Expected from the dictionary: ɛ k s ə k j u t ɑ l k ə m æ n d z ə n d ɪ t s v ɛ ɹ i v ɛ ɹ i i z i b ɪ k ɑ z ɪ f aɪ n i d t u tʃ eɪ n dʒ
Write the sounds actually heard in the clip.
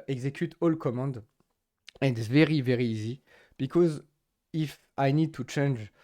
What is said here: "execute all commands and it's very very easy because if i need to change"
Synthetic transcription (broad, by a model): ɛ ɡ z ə k j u t ɑ l k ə m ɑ n d ə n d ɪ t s v ɛ ɹ i v ɛ ɹ i i z i b ɪ k ɑ z ɪ f aɪ n i d t u tʃ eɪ n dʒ